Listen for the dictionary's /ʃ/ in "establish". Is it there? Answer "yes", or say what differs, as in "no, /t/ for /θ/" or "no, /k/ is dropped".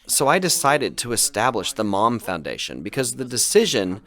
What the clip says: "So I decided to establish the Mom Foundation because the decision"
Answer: yes